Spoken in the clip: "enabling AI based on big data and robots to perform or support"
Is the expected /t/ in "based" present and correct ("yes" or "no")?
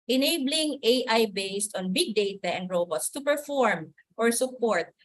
yes